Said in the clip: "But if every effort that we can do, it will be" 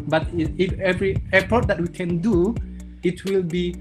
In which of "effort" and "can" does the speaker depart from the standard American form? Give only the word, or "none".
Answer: effort